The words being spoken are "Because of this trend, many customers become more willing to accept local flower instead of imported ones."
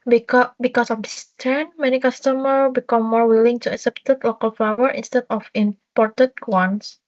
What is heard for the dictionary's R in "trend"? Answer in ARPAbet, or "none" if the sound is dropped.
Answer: none